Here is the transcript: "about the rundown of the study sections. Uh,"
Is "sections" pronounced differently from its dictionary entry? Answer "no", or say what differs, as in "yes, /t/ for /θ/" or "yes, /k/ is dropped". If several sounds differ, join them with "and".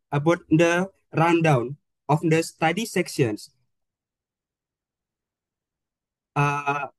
yes, /s/ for /ʃ/ and /s/ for /z/